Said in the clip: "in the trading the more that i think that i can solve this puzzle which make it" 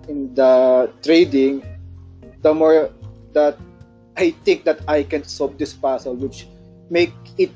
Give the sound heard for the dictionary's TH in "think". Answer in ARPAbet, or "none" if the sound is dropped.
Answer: T